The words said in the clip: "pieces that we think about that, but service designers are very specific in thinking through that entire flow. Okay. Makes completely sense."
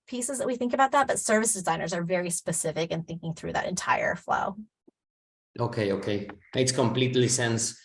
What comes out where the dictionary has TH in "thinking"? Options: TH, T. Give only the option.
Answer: TH